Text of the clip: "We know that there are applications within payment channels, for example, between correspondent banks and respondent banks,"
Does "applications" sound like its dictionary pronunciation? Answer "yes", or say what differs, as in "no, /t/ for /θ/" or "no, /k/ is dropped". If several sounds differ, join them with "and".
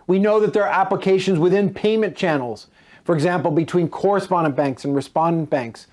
yes